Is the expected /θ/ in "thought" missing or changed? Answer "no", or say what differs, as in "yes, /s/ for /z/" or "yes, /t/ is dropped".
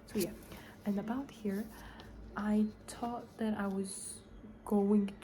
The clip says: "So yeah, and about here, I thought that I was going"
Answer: yes, /t/ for /θ/